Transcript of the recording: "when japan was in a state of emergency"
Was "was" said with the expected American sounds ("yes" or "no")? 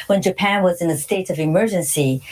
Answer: yes